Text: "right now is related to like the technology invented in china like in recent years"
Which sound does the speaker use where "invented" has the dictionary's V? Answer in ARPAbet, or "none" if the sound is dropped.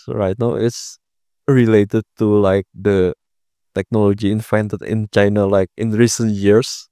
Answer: F